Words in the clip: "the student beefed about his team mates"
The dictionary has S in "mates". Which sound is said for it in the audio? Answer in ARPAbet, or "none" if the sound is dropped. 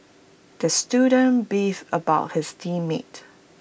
none